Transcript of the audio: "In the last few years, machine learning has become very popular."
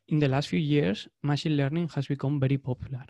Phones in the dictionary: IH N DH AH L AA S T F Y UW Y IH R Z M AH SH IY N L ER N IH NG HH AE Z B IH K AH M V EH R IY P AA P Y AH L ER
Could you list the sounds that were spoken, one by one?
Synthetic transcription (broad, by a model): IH N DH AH L AA S T F Y UW Y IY R S M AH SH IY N L ER N IH NG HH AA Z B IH K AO M B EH R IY P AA P Y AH L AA